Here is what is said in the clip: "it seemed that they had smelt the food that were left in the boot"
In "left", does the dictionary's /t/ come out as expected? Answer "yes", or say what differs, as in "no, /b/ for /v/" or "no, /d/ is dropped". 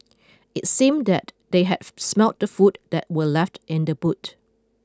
yes